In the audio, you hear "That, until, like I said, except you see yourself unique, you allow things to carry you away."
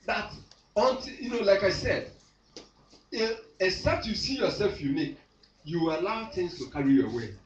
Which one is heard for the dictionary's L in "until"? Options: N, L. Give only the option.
N